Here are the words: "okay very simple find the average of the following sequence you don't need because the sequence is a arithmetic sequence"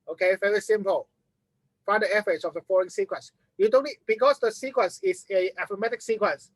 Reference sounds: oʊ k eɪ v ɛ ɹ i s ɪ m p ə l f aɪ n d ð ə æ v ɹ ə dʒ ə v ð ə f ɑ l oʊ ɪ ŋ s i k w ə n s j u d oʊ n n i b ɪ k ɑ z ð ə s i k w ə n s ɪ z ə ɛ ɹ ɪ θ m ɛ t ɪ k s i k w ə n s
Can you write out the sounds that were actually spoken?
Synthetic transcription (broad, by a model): oʊ k eɪ v ɛ ɹ i s ɪ m p ə l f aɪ d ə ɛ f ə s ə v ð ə f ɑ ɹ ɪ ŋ s i k w ə n s j u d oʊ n n i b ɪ k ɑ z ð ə s i k w ə n s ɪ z ə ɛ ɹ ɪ m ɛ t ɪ k s i k w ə n s